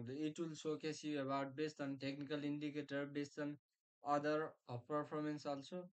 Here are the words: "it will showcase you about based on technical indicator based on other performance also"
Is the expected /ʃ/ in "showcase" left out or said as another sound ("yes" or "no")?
yes